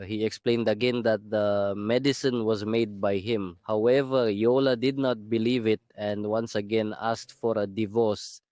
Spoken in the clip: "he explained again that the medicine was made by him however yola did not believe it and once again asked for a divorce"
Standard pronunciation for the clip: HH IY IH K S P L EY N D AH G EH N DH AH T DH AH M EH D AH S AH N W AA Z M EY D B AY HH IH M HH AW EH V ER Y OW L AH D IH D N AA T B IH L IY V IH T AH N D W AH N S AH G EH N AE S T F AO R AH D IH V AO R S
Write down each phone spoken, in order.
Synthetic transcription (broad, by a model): HH IY IH K S P L EY N D AH G EH N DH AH T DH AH M EH D AH S AH N W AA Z M EY D B AY HH IH M HH AW EH V ER Y OW L AH D IH D N AA T B IH L IY V IH T AH N D W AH N S AH G EH N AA S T F AO R AH D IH V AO R S